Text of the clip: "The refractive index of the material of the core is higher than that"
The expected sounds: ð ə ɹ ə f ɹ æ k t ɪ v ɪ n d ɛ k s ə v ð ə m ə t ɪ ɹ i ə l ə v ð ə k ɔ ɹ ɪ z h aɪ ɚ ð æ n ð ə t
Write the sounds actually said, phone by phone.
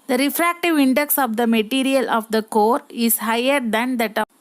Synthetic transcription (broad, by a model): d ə ɹ ə f ɹ æ k t ɪ v ɪ n d ɛ k s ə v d ə m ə t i ɹ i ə l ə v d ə k ɔ ɹ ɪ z h aɪ ɚ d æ n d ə t